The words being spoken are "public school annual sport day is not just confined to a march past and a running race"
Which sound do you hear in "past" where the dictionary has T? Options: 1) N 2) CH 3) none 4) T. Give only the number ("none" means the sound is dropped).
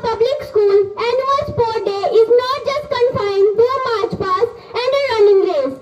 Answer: 3